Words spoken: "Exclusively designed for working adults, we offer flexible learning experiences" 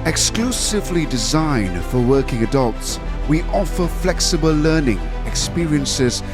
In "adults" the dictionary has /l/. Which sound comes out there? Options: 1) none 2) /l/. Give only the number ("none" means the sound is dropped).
2